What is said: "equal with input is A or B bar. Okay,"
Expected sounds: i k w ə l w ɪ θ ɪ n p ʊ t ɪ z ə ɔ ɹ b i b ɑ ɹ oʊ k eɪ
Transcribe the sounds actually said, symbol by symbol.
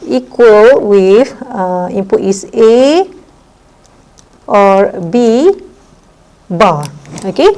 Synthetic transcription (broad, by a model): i k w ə l w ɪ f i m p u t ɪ s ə ɔ ɹ b i b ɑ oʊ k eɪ